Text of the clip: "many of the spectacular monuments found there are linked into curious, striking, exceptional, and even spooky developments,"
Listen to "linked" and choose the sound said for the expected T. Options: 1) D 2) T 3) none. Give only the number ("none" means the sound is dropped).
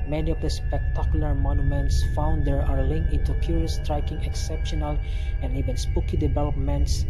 3